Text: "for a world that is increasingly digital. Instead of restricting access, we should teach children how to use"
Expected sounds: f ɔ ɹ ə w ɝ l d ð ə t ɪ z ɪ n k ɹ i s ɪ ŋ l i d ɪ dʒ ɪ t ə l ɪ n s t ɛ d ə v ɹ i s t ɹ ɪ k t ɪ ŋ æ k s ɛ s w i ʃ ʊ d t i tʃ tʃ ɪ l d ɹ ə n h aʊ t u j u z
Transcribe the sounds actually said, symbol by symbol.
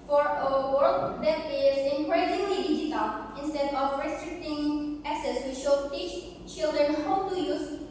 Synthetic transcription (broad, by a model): f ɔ ɹ ə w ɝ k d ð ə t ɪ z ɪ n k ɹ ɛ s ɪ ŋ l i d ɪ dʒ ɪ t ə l ɪ n s t ɛ d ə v ɹ i s t ɹ ɪ k t ɪ ŋ æ k s ɛ s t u ʃ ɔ t i tʃ tʃ ɪ l d ɹ ə n h aʊ t u j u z